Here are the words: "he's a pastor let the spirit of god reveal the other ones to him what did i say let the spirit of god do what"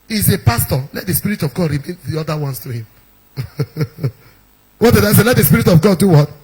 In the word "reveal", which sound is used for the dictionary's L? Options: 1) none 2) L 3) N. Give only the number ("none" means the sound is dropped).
3